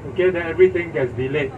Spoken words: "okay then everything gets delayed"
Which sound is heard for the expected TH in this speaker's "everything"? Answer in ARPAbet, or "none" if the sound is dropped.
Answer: T